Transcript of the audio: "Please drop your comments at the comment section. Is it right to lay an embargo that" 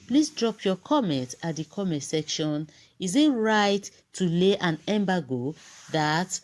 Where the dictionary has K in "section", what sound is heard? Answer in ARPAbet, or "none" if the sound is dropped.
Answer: K